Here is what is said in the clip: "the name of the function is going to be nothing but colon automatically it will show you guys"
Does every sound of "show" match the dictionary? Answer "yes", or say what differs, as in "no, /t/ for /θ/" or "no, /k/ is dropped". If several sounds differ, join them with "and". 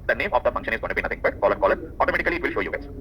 yes